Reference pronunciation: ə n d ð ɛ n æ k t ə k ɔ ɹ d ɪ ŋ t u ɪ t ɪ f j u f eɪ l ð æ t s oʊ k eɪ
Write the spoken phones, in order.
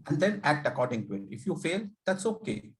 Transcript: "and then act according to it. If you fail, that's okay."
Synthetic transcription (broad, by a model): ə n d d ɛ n æ k t ə k ɔ ɹ d ɪ ŋ t u ɪ t ɪ f j u f eɪ l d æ t s oʊ k eɪ